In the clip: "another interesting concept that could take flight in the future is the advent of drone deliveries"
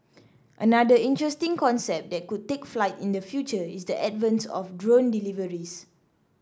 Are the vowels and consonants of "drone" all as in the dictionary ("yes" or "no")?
yes